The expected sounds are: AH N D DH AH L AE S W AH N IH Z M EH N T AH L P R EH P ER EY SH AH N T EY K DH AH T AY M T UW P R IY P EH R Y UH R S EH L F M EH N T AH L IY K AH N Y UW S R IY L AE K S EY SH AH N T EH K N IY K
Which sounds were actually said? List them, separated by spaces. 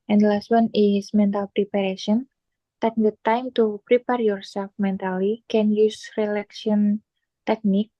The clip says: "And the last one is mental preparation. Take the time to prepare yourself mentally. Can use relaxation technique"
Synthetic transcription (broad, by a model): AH N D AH L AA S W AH N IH S M EH N T AH L P R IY P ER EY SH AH N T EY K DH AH T AY M T UW P R IY P EH R Y UH R S EH L F M EH N T AH L IY K AH N Y UW S R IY L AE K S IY AH N T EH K N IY K